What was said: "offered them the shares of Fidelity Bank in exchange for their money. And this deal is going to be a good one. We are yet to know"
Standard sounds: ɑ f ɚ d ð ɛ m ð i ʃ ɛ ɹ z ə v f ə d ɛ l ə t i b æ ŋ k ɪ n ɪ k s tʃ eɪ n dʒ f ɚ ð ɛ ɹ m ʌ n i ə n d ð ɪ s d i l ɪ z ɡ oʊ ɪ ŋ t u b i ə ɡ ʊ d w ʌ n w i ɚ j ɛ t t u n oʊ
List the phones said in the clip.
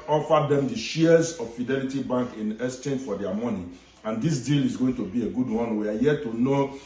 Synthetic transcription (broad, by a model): ɑ f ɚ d ɛ m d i ʃ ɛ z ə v f ə d ɛ l ə t i b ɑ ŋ k ɪ n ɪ s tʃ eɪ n f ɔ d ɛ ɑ m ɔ n i ə n d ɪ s d i l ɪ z ɡ oʊ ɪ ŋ t u b i ə ɡ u d w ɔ n w i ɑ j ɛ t t u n oʊ